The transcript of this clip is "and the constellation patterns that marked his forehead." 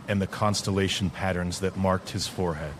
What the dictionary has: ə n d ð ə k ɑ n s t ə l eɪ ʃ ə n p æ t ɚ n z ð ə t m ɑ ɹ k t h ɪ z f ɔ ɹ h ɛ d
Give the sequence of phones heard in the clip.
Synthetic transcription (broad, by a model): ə n ð ə k ɑ n s t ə l eɪ ʃ n p æ t ɚ n z ð ə t m ɑ ɹ k t h ɪ z f ɔ ɹ h ɛ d